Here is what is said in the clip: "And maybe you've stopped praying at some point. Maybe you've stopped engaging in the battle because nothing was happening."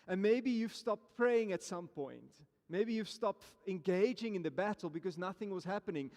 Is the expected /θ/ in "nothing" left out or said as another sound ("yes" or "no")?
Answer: no